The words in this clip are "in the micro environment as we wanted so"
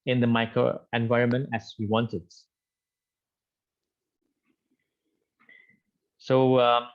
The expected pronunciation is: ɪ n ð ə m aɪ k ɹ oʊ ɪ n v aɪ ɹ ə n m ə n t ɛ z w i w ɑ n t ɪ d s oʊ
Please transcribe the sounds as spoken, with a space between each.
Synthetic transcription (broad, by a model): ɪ n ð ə m aɪ k ɹ oʊ ɪ n v aɪ ɹ ə n m ə n t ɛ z w i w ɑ n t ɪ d s oʊ